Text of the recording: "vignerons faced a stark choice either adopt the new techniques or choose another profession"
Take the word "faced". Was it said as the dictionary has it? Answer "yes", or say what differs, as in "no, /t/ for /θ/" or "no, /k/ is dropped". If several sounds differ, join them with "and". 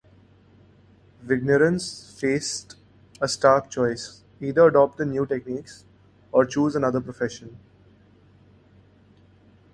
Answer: yes